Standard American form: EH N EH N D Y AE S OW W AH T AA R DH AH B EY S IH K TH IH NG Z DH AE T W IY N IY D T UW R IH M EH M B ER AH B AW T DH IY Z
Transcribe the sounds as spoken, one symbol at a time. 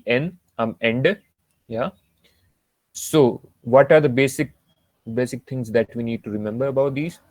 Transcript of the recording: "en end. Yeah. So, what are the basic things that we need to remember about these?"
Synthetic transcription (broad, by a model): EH N EH N D Y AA S OW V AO T AA R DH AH B EY S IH K S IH NG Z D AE T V IY N IY D T UW R IH M EH M B ER AH B AW T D IY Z